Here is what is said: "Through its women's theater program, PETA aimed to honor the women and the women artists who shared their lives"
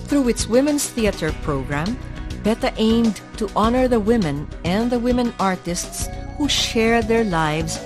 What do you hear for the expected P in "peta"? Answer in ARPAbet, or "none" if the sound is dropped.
B